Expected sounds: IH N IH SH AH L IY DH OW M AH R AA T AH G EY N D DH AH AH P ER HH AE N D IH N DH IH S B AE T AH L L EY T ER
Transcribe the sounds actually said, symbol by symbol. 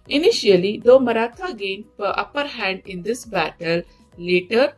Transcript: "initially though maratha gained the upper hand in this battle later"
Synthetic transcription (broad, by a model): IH N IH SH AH L IY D OW M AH R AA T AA G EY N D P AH AH P ER HH AE N D IH N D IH S B AE T AH L L EY T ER